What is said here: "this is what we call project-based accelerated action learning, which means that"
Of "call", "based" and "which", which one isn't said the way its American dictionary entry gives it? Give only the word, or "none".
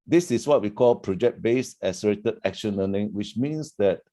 based